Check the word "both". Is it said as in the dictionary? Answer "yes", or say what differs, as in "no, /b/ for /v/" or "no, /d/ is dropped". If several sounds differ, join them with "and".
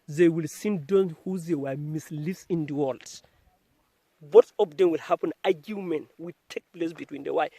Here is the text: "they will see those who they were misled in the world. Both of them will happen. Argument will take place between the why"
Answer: no, /t/ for /θ/